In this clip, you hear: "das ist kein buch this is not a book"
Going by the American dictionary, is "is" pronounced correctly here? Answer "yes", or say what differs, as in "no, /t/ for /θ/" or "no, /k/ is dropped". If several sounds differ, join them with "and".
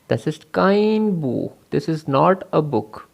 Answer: yes